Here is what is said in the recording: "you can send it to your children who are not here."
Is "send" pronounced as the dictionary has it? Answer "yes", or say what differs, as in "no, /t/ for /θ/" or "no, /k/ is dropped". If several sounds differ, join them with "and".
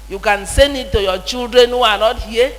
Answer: no, /d/ is dropped